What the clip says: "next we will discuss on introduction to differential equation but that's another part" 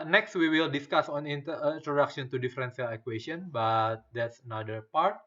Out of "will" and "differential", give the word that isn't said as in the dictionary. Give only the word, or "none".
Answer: differential